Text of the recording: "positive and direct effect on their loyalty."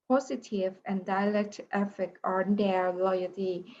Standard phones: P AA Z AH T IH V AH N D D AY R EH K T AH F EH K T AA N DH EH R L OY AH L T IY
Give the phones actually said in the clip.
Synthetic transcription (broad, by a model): P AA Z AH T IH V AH N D D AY L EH K T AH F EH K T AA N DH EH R L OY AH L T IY